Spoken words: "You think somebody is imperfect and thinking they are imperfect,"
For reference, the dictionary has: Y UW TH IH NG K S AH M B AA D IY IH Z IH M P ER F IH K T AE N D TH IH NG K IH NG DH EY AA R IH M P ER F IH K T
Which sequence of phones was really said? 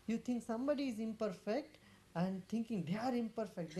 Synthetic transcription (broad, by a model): Y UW T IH NG K S AH M B AA D IY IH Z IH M P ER F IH K T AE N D T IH NG K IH NG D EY AA R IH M P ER F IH K T